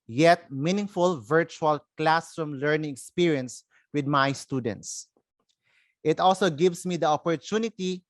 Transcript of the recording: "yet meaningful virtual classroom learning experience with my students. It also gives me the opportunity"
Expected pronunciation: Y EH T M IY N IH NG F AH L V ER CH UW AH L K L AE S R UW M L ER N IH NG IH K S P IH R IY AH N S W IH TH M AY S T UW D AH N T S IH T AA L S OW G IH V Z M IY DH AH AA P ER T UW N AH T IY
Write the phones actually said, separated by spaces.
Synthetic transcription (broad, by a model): Y EH T M IY N IH NG F AH L V ER CH UW AH L K L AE S R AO M L ER N IH NG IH K S P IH R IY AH N S W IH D M AY S T UW D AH N T S IH T AA L S OW G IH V S M IY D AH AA P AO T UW N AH T IY